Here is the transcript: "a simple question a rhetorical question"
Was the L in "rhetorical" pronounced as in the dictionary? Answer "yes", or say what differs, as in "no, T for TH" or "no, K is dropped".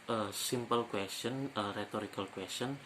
yes